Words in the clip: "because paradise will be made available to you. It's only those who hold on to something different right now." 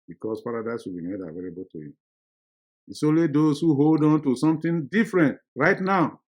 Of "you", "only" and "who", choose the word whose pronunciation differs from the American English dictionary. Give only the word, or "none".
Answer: only